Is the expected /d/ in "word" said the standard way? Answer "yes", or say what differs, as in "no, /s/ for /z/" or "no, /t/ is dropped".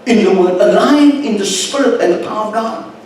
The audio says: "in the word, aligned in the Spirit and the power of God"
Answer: no, /d/ is dropped